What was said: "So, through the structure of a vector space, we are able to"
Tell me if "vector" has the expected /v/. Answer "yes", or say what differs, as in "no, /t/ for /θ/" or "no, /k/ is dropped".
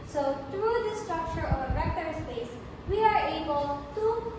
no, /b/ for /v/